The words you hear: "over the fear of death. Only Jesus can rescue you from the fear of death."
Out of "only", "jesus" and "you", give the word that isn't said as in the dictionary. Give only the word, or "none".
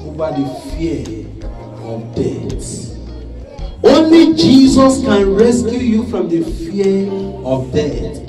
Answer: none